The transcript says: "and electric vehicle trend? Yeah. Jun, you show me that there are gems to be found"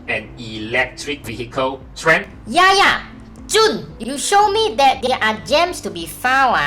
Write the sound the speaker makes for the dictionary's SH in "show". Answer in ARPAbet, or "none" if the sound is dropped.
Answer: SH